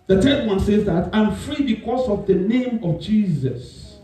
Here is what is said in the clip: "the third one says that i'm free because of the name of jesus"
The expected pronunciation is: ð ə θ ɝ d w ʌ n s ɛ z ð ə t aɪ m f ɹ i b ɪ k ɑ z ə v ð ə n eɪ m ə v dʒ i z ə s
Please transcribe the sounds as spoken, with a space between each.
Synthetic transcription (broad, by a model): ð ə t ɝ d w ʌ n s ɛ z ð ə t aɪ m f ɹ i b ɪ k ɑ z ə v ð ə n eɪ m ə v dʒ i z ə s